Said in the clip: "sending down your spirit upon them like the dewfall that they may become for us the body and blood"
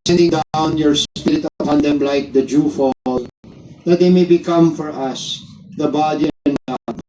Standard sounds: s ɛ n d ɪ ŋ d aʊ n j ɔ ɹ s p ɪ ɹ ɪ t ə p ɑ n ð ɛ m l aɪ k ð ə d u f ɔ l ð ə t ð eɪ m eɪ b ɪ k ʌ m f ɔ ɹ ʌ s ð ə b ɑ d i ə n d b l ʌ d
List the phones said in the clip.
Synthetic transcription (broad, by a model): s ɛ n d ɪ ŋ d aʊ n j ɔ ɹ s p ɪ ɹ ɪ t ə ɑ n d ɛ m l aɪ k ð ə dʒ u f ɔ l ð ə t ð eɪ m eɪ b ɪ k ʌ m f ɔ ɹ ʌ s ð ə b ɑ d i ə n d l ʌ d